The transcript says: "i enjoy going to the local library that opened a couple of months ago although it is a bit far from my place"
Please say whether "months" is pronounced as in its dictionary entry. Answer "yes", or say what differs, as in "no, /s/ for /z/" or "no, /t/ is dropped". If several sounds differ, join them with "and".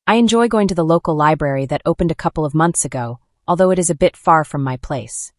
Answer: yes